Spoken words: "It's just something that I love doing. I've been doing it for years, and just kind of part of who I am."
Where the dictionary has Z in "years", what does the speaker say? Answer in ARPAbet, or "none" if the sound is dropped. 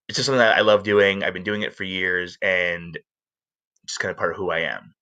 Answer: Z